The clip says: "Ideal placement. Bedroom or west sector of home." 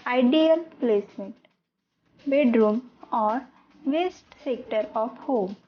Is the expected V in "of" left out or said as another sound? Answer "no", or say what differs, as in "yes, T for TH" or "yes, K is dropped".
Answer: yes, P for V